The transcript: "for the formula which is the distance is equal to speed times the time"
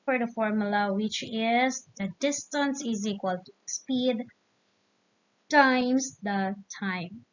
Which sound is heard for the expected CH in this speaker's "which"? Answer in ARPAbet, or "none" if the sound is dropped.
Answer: CH